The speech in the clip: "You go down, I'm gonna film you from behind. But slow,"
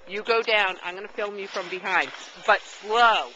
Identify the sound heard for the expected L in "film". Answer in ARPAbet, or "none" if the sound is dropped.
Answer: L